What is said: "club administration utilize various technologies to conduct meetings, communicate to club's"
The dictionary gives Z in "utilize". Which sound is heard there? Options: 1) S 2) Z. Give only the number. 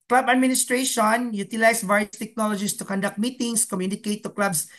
1